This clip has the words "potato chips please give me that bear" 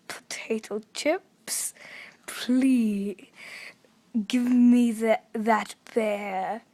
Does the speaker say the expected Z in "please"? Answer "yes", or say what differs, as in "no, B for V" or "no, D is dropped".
no, Z is dropped